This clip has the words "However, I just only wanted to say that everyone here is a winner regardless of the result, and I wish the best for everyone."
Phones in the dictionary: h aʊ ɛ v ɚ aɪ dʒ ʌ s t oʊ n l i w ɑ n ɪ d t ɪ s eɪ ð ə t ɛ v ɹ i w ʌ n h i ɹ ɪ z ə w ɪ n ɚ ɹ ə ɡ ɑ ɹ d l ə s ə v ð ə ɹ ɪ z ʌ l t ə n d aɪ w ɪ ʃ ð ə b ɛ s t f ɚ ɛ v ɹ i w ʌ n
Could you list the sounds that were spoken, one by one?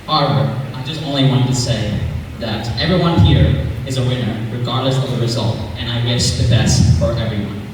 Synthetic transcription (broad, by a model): h aʊ ɛ v ɚ aɪ dʒ ʌ s t oʊ n l i w ɑ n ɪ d t ɪ s eɪ ð ə t ɛ v ɹ i w ʌ n h i ɹ ɪ z ə w ɪ n ɚ ɹ ə ɡ ɑ ɹ d l ə s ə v ð ə ɹ ɪ z ʌ l t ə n aɪ w ɪ ʃ ð ə b ɛ s t f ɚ ɛ v ɹ i w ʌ n